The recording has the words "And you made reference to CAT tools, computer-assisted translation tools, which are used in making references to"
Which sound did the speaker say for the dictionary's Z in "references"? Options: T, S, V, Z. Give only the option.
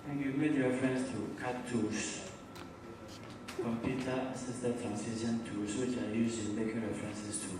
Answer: S